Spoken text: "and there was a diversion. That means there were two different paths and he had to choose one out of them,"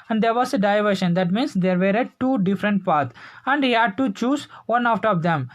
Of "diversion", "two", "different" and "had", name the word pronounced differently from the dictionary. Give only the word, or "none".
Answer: diversion